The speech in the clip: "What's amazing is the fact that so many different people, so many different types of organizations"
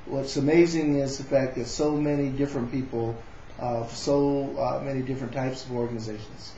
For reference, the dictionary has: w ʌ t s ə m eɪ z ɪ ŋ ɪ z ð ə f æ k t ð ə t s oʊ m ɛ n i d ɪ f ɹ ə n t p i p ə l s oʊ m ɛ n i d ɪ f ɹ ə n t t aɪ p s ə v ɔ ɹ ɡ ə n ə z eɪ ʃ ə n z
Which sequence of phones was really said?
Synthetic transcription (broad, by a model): w ʌ t s ə m eɪ z ɪ ŋ ɪ z ð ə f æ k ð ə t s oʊ m ɛ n i d ɪ f ɹ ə n p i p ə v s oʊ m ɛ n i d ɪ f ɹ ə n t t aɪ p s ə v ɔ ɹ ɡ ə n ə z eɪ ʃ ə n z